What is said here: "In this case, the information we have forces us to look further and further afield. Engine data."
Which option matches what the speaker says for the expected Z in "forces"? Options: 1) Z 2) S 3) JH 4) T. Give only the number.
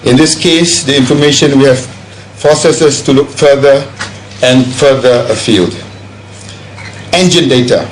2